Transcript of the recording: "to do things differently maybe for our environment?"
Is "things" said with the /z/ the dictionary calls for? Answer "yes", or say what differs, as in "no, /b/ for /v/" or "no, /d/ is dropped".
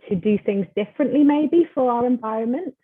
yes